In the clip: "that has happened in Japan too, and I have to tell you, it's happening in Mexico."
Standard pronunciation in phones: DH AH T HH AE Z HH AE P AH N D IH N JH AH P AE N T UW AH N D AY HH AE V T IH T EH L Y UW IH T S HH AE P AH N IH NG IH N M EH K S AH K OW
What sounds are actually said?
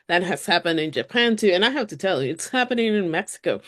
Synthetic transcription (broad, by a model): DH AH T HH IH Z HH AE P AH N D IH N JH AH P AE N T UW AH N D AY HH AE F T IH T EH L Y UW IH T S HH AE P AH N IH NG IH N M EH K S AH K OW